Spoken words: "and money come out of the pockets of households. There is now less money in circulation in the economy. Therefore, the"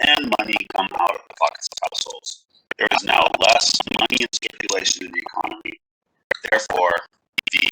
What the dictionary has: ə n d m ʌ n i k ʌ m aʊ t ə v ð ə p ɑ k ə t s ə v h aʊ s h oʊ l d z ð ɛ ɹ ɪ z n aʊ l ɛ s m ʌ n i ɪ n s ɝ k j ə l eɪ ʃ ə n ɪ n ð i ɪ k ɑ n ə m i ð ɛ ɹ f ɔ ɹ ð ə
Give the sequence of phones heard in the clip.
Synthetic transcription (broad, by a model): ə n m ʌ n i k ʌ m aʊ t ə v ð ə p ɑ k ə t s ə v h aʊ s h oʊ l d z ð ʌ ɹ ɪ z n aʊ l ɛ s m ʌ n i ɪ n s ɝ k j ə l eɪ ʃ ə n ɪ n ð i ɪ k ɑ n ə m i ð ɛ ɹ f ɔ ɹ ð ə